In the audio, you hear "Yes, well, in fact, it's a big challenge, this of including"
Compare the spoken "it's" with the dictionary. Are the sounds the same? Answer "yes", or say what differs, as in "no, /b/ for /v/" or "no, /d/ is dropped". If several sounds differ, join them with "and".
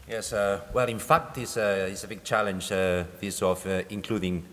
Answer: no, /s/ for /t/